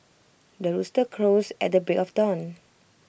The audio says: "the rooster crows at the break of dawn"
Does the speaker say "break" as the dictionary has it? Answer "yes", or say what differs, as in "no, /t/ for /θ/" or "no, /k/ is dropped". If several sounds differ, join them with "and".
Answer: no, /ɹ/ is dropped